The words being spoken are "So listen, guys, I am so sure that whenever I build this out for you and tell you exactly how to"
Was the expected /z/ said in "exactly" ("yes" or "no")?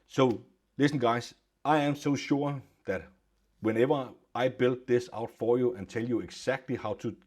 no